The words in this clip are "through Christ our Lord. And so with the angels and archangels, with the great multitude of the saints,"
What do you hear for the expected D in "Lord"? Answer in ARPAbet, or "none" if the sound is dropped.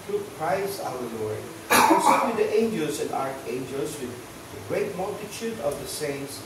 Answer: none